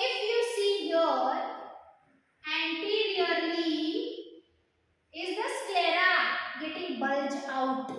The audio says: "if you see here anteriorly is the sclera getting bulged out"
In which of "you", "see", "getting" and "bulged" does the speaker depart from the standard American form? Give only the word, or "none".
bulged